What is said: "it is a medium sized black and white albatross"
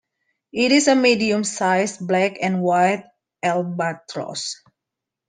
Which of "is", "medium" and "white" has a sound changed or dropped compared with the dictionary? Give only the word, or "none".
is